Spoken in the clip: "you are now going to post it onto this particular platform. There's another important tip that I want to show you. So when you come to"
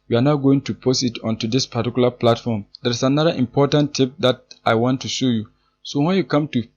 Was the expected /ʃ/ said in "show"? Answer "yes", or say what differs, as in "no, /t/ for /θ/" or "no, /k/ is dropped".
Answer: yes